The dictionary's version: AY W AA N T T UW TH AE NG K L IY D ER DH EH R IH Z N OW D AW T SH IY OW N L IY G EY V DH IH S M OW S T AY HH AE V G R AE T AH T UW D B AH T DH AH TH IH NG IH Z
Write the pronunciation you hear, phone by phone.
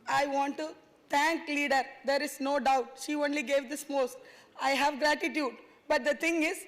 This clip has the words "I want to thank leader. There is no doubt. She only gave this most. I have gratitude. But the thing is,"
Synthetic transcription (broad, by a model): AY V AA N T T UW T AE NG K L IY D ER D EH R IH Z N OW D AW T SH IY OW N L IY G EY V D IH S M OW S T AY HH AE V G R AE T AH T UW D B AH T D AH T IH NG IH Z